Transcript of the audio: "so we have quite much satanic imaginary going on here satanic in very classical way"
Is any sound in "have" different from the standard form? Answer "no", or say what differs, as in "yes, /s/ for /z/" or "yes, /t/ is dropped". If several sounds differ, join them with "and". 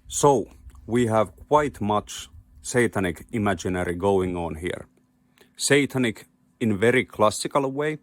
no